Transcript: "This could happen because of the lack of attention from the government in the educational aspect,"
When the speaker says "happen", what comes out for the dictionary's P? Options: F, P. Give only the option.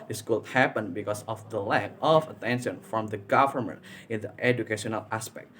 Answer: P